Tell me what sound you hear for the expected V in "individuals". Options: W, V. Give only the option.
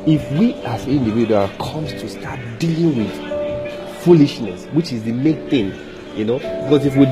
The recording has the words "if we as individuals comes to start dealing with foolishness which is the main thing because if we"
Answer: W